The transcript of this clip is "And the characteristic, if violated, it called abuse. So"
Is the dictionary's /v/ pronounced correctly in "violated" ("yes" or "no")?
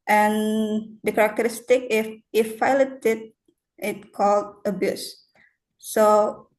no